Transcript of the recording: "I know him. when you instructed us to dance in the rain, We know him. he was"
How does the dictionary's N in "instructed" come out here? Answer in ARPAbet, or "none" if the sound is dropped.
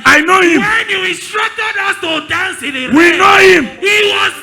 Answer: none